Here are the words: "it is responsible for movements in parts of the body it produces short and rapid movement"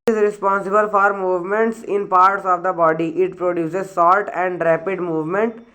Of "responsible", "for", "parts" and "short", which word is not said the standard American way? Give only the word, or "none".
short